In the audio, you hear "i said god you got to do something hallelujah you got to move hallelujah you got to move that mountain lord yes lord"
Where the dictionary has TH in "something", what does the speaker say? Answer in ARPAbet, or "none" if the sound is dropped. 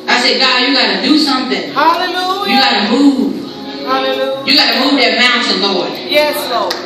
TH